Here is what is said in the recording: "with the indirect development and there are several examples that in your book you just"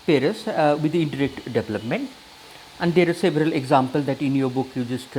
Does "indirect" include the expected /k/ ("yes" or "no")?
yes